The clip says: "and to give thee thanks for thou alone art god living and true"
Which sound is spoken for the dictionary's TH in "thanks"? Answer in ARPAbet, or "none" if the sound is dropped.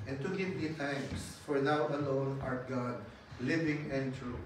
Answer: T